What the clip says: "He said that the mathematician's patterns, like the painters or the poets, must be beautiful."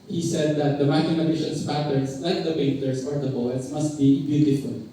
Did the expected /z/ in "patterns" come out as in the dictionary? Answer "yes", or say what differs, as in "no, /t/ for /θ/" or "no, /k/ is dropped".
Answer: no, /s/ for /z/